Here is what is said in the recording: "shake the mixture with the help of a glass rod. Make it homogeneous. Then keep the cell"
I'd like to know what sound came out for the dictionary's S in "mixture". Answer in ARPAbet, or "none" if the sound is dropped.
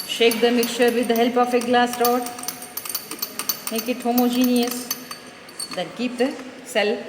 none